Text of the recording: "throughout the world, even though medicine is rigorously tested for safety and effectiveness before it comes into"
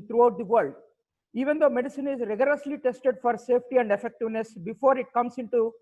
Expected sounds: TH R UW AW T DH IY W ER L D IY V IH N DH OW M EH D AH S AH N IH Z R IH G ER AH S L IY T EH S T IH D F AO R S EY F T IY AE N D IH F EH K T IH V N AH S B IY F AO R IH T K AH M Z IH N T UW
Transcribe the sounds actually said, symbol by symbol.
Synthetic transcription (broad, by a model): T R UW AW T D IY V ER L D IY V IH N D OW M EH D AH S AH N IH Z R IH G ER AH S L IY T EH S T IH D F AO R S EY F T IY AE N D IH F EH K T IH V N AH S B IY F AO R IH T K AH M S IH N T UW